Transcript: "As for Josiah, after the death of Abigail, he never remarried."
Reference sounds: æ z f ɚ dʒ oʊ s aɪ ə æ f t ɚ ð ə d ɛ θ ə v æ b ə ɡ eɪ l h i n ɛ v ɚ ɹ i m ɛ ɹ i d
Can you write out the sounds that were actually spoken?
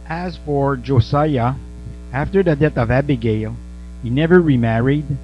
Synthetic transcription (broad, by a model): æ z f ɚ dʒ oʊ s aɪ ə æ f t ɚ ð ə d ɛ θ ə v æ b ə ɡ eɪ l h i n ɛ v ɚ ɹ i m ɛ ɹ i d